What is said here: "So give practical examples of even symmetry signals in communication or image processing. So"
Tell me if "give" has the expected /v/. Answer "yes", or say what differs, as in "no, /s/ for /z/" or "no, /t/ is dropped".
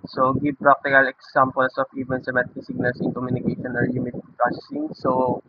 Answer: no, /b/ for /v/